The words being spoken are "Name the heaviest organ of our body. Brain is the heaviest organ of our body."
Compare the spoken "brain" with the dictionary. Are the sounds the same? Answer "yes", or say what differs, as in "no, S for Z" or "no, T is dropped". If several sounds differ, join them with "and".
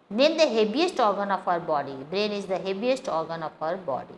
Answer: yes